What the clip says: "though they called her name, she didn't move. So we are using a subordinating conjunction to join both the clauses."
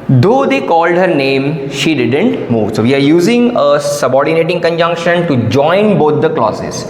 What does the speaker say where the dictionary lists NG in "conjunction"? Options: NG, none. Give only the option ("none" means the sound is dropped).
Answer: NG